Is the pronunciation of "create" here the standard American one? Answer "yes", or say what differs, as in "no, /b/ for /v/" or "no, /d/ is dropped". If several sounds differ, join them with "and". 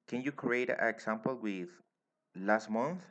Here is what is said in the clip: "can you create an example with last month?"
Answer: no, /t/ is dropped